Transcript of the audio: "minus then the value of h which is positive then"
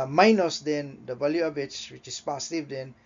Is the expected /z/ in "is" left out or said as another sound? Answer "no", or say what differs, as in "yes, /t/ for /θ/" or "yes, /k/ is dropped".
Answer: yes, /s/ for /z/